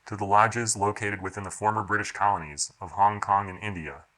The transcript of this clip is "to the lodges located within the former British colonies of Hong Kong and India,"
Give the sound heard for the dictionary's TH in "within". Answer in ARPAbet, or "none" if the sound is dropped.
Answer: TH